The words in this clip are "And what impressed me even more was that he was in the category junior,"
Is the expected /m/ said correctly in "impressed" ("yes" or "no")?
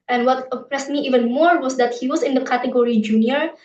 no